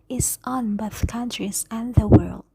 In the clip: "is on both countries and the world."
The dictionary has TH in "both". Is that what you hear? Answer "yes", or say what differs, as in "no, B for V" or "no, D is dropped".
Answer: yes